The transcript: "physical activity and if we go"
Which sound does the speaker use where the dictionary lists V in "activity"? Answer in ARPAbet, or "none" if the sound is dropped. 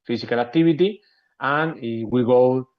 B